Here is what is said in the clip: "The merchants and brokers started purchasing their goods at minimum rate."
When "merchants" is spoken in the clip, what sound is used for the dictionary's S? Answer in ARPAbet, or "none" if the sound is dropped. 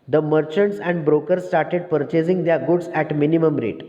S